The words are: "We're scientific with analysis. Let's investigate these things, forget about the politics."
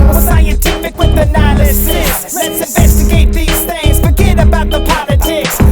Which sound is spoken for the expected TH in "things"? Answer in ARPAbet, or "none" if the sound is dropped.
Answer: TH